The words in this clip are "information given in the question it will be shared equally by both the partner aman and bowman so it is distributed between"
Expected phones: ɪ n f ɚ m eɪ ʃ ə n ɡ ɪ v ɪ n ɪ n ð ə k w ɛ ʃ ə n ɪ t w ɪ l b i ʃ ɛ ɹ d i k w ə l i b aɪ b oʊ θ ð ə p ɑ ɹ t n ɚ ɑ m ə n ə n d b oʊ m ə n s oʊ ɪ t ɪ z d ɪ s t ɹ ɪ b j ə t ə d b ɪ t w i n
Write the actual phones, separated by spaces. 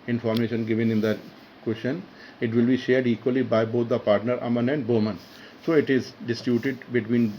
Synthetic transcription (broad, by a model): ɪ n f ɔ m eɪ ʃ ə n ɡ ɪ v ɪ n ɪ n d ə k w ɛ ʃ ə n ɪ t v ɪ l b i ʃ ɛ ɹ d i k w ə l i b aɪ b oʊ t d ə p ɑ ɹ t n ɚ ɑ m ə n ə n d b oʊ m ə n s oʊ ɪ t ɪ z d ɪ s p j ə t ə d b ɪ t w i n